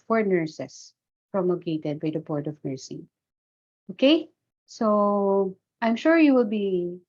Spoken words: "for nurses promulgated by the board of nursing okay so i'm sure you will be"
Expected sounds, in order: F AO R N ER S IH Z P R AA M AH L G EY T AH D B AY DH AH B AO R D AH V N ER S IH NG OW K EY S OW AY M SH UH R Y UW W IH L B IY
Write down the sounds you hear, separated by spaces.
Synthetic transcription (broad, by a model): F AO R N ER S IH S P R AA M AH G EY T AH D B AY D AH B AO R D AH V N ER S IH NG OW K EY S OW AY M SH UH R Y UW W IH L B IY